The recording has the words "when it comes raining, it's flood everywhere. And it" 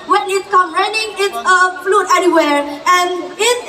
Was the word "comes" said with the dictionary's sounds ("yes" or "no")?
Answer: no